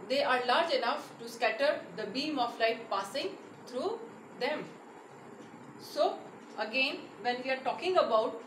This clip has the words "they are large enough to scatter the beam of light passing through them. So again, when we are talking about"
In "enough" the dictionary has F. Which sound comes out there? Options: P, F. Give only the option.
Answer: F